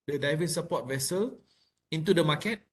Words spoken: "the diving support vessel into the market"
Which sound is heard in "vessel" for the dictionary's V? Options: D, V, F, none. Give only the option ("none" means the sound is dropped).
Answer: V